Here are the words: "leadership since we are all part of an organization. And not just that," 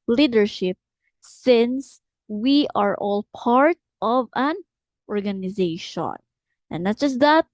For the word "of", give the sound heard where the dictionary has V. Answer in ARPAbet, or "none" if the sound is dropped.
V